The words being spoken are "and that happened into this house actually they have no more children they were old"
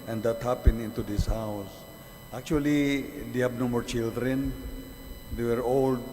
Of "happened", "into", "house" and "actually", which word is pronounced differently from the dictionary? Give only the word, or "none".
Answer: happened